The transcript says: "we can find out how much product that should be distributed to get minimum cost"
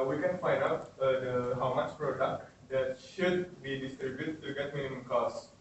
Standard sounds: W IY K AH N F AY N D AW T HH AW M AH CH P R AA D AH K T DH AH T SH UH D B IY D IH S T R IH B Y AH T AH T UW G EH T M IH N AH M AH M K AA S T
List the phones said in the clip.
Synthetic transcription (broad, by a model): W IY K AH N F AY N D AW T HH AW M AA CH P R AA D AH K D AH T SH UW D B IY D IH S T R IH B Y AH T T UW G EH T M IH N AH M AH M K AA S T